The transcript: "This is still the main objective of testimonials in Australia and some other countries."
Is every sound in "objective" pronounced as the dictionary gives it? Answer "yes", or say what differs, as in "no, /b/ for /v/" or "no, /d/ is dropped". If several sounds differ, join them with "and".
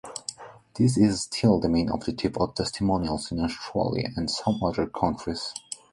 no, /k/ is dropped and /p/ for /v/